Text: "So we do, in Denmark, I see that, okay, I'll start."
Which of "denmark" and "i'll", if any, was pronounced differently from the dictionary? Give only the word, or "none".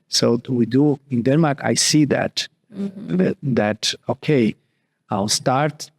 none